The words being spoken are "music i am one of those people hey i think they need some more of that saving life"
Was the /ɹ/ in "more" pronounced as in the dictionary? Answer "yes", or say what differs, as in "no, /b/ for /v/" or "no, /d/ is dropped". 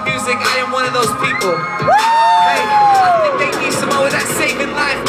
no, /w/ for /ɹ/